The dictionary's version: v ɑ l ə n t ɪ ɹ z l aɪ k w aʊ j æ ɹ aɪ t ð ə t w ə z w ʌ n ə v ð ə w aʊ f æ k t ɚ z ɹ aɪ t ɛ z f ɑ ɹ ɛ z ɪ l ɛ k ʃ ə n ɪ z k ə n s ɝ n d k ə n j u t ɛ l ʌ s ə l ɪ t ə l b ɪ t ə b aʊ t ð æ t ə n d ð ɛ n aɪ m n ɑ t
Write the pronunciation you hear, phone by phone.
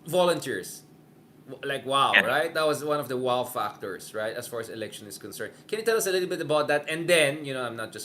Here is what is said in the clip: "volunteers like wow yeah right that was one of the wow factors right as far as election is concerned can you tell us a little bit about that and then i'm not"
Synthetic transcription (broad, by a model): v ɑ l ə n t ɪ ɹ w l aɪ k w aʊ ɹ aɪ t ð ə t w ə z w ʌ n ə v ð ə w aʊ f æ k t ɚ s ɹ aɪ t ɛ s f ɑ ɹ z ɪ l ɛ k ʃ ə n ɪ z k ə n s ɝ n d k ə n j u t ɛ l ʌ s ə l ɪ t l b ɪ t ə b aʊ t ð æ t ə n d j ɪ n aɪ m n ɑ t